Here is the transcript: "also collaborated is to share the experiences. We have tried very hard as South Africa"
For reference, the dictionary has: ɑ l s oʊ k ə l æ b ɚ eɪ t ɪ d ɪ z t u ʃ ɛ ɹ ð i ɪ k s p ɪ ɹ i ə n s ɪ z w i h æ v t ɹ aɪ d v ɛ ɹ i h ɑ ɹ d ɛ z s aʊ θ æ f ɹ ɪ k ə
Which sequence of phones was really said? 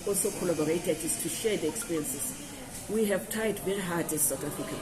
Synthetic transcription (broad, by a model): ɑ l s oʊ k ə l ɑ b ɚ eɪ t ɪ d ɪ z t u ʃ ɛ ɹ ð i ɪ k s p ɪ ɹ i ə n s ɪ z w i h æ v t aɪ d v ɛ ɹ i h ɑ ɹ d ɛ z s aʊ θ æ f ɹ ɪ k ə